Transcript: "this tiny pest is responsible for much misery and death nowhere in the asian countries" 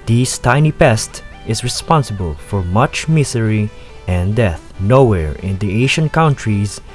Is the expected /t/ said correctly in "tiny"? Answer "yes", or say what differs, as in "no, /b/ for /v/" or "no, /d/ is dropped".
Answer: yes